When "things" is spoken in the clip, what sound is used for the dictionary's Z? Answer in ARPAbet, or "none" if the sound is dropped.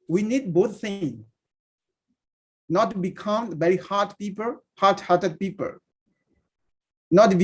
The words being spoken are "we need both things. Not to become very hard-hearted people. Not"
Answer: none